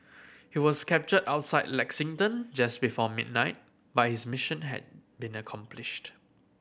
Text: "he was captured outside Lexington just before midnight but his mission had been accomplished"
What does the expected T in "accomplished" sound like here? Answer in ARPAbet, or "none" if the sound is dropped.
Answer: T